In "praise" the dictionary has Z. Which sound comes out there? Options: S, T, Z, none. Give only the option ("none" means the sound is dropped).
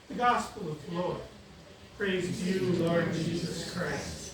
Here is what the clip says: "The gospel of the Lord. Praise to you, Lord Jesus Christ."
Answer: Z